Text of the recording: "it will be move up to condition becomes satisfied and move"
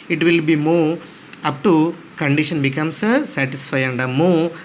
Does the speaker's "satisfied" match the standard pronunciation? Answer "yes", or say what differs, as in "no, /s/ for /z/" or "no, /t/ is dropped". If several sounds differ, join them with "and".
no, /d/ is dropped